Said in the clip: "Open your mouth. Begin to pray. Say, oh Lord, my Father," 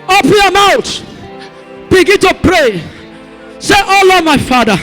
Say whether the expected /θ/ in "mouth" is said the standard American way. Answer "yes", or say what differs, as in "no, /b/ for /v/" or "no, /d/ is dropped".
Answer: no, /t/ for /θ/